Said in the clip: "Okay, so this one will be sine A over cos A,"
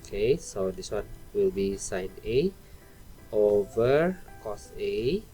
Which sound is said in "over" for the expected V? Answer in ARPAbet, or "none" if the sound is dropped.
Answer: V